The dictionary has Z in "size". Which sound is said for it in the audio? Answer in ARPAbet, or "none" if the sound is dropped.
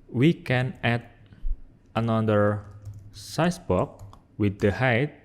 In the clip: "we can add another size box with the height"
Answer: S